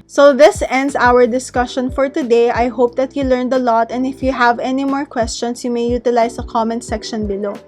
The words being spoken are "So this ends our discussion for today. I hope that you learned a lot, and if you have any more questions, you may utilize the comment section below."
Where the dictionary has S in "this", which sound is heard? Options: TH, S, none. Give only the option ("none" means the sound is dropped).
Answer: S